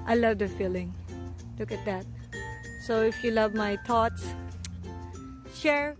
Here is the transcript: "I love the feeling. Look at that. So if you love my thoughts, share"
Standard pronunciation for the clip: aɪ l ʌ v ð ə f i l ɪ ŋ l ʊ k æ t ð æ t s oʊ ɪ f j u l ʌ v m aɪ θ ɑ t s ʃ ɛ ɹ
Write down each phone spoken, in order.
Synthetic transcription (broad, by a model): aɪ l ʌ v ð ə f i l ɪ ŋ l ʊ k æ t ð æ t s oʊ ɪ f j u l ʌ v m aɪ t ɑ t s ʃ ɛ ɹ